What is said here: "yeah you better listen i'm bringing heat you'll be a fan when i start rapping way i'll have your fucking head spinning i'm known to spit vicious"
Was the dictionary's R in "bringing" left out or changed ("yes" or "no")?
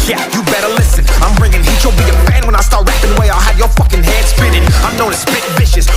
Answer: no